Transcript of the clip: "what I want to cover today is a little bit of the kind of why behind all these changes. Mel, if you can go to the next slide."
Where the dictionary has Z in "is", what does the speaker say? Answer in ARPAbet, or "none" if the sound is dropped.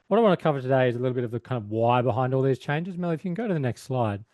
Z